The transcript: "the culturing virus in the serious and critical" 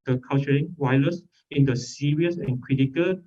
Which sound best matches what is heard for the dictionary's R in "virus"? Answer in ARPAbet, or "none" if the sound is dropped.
L